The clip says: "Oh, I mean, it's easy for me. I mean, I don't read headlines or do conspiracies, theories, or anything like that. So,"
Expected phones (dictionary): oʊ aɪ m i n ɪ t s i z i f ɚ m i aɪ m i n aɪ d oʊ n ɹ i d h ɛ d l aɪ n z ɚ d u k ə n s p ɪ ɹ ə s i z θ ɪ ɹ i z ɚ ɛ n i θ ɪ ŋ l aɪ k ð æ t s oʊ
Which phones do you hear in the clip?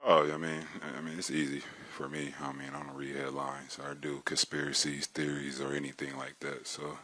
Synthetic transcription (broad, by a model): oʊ aɪ m i n ɪ t s i z i f ɚ m i aɪ m i n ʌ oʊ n ɹ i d h ɛ d l aɪ n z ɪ d u k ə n s p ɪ ɹ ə s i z θ ɪ ɹ i z ɚ ɛ n i θ ɪ ŋ l aɪ k ð æ t s oʊ